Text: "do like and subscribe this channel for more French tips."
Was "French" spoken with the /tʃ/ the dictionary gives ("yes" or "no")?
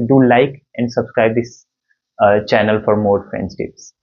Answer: no